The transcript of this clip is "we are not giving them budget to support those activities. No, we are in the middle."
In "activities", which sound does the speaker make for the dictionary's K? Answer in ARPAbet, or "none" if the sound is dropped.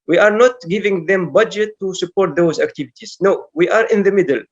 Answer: K